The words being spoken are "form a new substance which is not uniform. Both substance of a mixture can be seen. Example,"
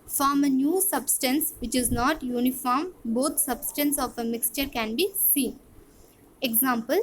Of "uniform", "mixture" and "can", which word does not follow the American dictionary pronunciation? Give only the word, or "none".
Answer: none